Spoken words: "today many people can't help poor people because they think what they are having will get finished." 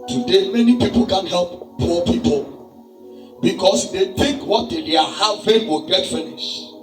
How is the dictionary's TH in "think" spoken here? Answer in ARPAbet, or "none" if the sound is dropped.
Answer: T